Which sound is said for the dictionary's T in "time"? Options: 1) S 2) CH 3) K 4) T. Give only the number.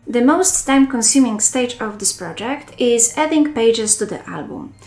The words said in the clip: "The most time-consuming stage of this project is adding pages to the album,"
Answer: 4